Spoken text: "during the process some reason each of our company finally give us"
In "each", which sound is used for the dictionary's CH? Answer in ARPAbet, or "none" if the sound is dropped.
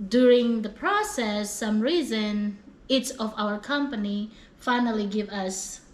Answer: S